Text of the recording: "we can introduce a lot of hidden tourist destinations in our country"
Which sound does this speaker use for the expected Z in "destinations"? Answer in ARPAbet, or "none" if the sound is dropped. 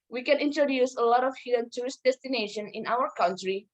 none